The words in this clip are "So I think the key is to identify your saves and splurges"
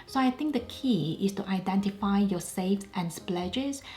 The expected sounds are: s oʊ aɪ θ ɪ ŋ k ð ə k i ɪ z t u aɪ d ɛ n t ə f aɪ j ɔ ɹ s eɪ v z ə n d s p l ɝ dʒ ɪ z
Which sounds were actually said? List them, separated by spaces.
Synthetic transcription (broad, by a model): s oʊ aɪ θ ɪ ŋ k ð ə k i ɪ s t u aɪ d ɛ n t ə f aɪ j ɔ s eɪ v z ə n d s p l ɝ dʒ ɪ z